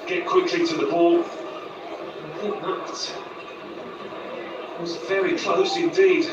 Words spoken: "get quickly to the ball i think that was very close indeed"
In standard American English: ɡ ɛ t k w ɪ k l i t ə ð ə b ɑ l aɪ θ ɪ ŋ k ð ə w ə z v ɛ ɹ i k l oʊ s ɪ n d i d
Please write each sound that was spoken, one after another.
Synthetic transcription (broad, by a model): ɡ ɛ t k w ɪ k l i t ə ð ə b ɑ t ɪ w ə z v ɛ ɹ i k l oʊ s ɪ n d i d